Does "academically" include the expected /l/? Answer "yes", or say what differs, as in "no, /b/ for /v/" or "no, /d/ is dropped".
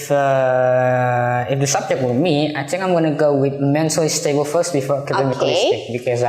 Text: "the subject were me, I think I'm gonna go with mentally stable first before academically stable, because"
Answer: no, /l/ is dropped